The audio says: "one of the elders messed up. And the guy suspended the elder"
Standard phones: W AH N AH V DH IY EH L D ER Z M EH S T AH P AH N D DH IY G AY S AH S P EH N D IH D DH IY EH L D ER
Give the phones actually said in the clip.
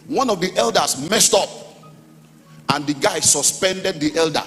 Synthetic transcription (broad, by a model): W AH N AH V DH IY EH L D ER S M EH S T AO P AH N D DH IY G AY S AH S P EH N D IH D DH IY EH L D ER